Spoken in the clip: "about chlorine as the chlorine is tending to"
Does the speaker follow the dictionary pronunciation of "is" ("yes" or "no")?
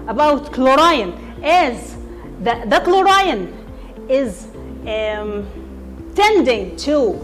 yes